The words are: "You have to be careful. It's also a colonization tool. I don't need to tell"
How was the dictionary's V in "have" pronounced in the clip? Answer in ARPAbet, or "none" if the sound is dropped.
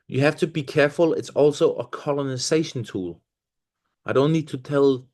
F